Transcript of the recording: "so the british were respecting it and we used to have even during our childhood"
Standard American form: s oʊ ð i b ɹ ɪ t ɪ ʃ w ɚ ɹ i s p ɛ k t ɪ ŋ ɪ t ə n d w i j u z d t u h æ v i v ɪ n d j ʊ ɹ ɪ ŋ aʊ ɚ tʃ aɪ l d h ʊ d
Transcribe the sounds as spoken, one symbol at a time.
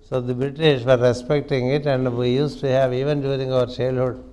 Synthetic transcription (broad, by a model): s oʊ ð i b ɹ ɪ t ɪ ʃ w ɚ ɹ i s p ɛ k t ɪ ŋ ɪ t ə n d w i j u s t u h æ v i v ɪ n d j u ɹ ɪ ŋ aʊ ɚ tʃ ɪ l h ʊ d